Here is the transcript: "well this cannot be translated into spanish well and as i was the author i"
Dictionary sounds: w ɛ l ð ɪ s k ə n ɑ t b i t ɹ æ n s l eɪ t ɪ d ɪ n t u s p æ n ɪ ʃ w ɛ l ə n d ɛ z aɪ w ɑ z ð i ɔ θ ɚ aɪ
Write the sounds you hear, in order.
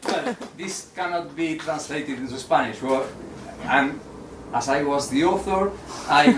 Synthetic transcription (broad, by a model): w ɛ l ð ɪ s k ə n ɑ t b i t ɹ æ n s l eɪ t ɪ d ɪ n t u s p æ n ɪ ʃ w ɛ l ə n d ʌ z aɪ w ɑ z ð i ɔ θ ɚ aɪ